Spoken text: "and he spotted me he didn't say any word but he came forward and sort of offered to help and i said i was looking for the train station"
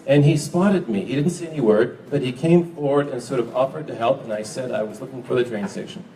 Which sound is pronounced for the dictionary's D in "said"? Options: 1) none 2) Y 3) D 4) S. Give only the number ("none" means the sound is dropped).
3